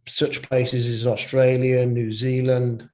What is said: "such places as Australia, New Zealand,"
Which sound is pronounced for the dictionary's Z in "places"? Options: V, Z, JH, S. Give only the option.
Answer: Z